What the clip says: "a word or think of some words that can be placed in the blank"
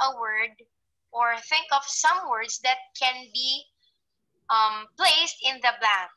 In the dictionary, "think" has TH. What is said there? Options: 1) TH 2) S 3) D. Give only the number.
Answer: 1